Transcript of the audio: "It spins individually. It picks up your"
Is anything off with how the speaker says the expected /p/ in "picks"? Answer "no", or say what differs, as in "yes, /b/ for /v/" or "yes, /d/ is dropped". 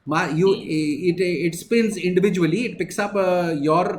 no